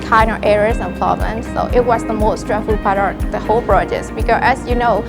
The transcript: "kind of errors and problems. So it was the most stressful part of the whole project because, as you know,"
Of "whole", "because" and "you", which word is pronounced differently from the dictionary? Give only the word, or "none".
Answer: because